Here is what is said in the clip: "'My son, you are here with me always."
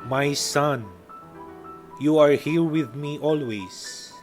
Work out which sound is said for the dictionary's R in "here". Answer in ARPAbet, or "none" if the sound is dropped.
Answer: L